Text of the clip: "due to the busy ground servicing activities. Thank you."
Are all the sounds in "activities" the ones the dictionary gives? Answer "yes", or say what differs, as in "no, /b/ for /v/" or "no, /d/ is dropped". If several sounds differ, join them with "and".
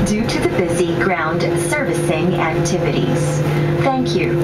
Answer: yes